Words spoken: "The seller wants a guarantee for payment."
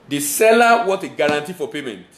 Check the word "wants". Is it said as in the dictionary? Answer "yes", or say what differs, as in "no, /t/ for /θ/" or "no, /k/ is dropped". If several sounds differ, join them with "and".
no, /n/ is dropped and /s/ is dropped